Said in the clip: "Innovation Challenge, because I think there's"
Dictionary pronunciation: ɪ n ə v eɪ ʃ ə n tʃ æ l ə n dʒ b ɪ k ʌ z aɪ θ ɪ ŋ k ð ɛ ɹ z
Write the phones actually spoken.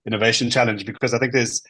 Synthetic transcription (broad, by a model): ɪ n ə v eɪ ʃ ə n tʃ æ l ə n dʒ b ɪ k ʌ z aɪ θ ɪ ŋ k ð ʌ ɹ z